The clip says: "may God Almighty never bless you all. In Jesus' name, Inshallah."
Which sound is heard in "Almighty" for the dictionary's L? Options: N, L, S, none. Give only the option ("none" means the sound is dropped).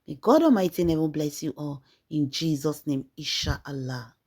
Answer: none